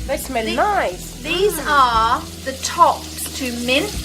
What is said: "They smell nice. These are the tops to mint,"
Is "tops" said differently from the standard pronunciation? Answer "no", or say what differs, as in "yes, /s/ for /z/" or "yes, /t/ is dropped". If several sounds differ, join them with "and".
yes, /s/ is dropped